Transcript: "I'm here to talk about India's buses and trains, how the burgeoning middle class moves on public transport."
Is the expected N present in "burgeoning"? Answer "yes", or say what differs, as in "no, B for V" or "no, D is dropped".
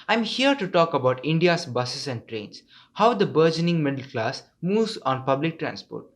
yes